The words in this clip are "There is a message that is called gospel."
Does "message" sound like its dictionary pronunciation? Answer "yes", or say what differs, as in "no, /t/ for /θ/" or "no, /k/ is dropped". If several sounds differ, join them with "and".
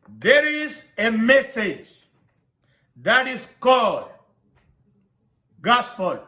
yes